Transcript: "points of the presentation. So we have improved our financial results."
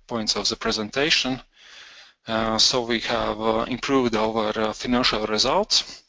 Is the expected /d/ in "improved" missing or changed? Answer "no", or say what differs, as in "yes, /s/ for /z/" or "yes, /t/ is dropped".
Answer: no